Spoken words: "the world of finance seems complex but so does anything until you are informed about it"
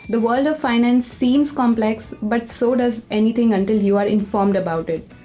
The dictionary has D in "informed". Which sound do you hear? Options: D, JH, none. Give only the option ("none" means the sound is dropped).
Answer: D